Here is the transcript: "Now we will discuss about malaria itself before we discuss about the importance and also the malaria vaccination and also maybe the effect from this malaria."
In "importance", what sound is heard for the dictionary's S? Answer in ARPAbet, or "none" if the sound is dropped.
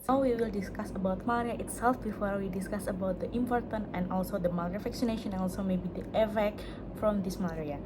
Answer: none